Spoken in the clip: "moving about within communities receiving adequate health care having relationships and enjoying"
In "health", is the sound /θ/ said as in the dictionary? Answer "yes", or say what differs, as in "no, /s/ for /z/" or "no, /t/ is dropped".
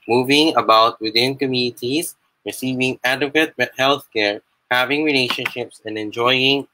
yes